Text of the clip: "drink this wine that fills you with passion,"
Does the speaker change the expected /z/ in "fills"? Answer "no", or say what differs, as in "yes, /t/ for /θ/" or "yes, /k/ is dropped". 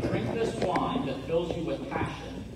no